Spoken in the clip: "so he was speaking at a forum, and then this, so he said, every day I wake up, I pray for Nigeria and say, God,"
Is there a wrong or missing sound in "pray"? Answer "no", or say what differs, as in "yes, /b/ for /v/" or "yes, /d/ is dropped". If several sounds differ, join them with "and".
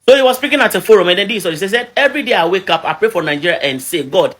no